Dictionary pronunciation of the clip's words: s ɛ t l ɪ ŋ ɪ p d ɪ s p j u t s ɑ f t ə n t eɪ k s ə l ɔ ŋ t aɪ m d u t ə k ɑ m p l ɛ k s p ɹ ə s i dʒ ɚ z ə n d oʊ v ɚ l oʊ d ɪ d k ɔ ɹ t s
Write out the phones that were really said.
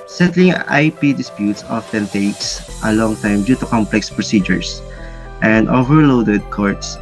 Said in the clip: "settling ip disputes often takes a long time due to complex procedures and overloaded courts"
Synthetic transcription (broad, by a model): s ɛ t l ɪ ŋ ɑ p d ɪ s p j u t s ɑ f t ə n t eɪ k s ə l ɔ ŋ t aɪ m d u t ə k ɑ m p l ɛ k s p ɹ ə s i dʒ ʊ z ə n d oʊ v ɚ l oʊ d ɪ d k ɔ ɹ t s